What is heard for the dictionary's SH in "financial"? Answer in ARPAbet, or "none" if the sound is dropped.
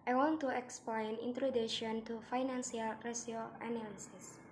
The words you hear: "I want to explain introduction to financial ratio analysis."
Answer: S